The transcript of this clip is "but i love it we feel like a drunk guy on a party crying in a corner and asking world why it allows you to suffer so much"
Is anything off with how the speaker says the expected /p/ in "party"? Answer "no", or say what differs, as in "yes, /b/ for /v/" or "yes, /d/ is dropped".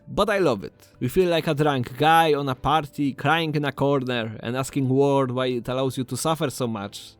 no